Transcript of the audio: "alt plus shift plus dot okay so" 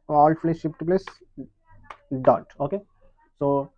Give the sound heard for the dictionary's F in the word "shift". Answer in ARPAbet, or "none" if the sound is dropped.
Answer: P